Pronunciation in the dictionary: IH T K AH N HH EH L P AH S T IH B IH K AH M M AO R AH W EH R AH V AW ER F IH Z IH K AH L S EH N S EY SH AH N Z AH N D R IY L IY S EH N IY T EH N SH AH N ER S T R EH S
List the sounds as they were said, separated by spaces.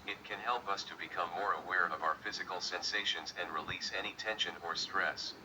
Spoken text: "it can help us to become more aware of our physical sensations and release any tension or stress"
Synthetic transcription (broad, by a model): IH T K AH N HH EH L P AH S T IH B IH K AH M M AO R AH W EH R AH V AW ER F IH Z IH K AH L S EH N S EY SH AH N Z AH N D R IY L IY S EH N IY T EH N SH AH N ER S T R EH S